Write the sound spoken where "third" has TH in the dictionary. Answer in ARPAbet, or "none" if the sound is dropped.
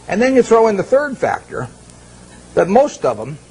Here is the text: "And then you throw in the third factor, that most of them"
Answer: TH